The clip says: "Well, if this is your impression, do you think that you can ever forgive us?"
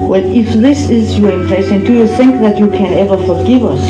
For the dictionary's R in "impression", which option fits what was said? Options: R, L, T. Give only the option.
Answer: L